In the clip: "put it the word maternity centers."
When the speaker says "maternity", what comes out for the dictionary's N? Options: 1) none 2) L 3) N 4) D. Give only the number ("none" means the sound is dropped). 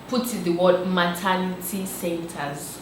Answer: 2